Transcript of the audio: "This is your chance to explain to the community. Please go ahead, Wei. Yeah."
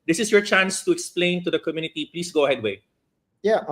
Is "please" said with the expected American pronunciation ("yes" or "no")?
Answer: no